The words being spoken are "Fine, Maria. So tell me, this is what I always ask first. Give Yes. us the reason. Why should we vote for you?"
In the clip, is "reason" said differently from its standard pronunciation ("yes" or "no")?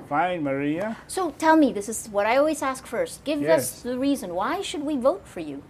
no